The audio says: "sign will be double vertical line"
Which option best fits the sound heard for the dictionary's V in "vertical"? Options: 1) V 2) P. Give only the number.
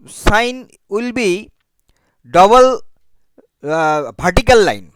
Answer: 2